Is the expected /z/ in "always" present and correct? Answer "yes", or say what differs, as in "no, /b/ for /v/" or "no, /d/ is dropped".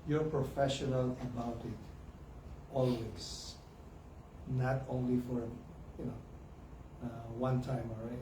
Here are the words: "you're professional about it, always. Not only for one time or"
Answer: no, /s/ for /z/